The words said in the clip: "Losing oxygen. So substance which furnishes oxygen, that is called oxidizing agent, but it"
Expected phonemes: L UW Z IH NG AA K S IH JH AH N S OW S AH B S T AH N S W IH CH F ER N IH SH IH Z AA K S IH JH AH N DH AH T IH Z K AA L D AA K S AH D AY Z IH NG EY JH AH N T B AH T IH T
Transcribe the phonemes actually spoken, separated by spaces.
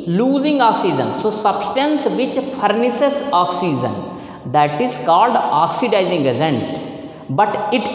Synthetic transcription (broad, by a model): L UW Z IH NG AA K S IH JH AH N S OW S AH B S T AH N S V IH CH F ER N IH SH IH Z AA K S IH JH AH N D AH T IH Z K AA L D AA K S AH D AY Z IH NG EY Z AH N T B AH T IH T